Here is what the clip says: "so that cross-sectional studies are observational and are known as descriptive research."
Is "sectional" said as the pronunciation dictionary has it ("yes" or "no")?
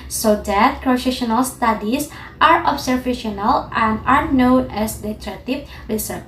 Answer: no